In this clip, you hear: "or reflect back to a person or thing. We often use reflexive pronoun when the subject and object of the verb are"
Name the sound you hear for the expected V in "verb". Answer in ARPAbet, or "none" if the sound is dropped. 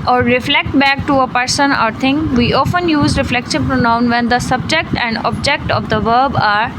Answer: V